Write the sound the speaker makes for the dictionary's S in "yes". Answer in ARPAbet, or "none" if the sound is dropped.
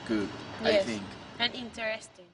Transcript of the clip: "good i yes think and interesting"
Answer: none